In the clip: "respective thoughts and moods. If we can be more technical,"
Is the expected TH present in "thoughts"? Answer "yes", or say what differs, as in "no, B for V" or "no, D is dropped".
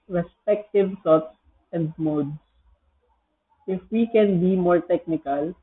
no, S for TH